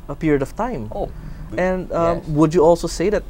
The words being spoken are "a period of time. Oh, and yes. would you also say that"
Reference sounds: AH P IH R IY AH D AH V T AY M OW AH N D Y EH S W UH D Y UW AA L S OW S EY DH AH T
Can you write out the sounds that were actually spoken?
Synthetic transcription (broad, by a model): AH P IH R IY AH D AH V T AY M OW AH N D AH W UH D Y UW AA L S OW S EY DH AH T